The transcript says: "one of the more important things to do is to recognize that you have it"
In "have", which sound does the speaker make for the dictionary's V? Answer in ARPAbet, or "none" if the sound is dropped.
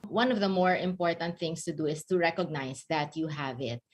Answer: V